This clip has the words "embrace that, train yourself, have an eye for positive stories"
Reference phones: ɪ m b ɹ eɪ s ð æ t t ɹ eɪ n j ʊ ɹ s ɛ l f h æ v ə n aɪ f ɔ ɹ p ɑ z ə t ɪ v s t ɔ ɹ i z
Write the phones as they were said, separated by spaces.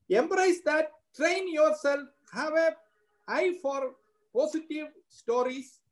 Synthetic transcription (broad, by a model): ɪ m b ɹ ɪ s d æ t t ɹ eɪ n j ʊ ɹ s ɛ l f h æ v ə aɪ f ɔ ɹ p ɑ s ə t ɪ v s t ɔ ɹ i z